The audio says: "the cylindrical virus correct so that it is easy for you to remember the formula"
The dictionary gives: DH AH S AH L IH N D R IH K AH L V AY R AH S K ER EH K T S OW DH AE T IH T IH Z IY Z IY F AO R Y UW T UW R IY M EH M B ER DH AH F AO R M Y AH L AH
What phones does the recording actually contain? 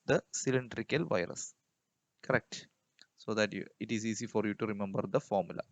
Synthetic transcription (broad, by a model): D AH S AH L IH N D R IH K AH L V AY R AH S K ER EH K T S OW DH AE T IH T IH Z IY S IY F AO R Y UW T UW R IY M EH M B ER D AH F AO R M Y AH L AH